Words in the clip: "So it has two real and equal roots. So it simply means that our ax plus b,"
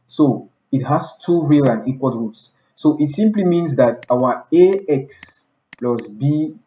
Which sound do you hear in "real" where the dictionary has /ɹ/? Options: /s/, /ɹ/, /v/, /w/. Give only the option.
/ɹ/